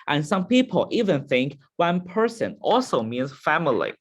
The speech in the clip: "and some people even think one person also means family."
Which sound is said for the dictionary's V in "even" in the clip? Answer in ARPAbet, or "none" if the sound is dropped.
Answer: V